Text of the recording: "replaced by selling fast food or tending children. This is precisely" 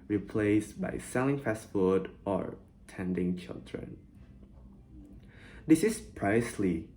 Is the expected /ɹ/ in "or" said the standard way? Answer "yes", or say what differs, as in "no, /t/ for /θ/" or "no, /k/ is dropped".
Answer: yes